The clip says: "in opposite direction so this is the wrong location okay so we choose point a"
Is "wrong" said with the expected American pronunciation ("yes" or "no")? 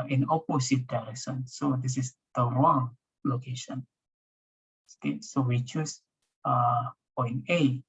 no